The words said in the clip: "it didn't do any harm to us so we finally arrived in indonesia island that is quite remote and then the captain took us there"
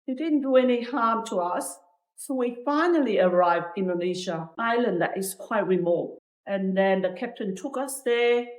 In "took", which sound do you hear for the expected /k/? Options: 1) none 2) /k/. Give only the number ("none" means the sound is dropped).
2